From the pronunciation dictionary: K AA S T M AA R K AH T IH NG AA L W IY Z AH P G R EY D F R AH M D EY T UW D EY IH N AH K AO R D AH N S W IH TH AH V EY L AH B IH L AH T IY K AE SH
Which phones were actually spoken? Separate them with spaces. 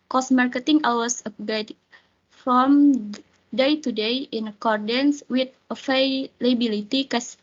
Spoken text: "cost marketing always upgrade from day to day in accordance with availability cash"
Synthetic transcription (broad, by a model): K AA S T M AA R K AH T IH NG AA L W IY S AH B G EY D F R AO M D EY T UW D EY IH N AH K AO R D AH N S W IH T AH F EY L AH B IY L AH T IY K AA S